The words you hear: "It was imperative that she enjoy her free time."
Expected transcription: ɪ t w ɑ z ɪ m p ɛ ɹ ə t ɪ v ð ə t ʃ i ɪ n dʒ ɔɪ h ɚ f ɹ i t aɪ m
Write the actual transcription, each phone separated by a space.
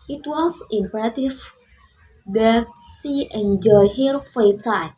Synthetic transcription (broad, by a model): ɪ t w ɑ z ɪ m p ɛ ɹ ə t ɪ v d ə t s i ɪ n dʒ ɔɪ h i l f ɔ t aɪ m